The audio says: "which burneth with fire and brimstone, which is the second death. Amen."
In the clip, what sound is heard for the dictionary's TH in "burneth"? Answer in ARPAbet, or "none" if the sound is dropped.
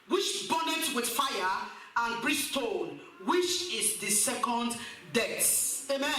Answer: T